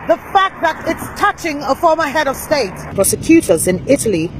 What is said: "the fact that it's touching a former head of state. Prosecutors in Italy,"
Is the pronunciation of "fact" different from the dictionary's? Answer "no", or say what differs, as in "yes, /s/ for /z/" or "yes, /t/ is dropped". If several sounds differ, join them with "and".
no